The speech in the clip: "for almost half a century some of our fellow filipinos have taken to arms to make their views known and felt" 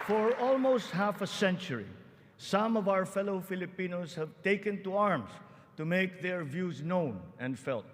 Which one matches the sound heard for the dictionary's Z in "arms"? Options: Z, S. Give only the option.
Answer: S